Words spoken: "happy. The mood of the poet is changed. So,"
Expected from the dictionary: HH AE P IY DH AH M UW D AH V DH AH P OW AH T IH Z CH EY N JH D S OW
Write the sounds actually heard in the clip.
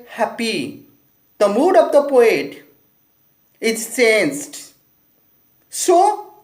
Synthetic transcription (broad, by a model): HH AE P IY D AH M UW D AH V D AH P OW AH T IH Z S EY N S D S OW